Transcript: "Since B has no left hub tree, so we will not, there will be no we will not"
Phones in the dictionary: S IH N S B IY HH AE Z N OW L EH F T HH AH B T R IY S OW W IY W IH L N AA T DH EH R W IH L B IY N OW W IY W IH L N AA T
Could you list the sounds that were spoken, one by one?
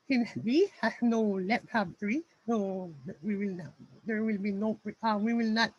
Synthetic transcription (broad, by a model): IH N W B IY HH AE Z N OW L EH P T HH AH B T R IY S OW W IY W IH L N AA T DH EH R W IH L B IY N OW W IY W IH L N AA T